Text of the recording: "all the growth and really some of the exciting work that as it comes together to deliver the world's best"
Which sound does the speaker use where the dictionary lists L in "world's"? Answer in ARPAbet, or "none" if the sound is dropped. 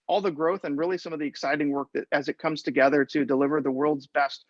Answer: L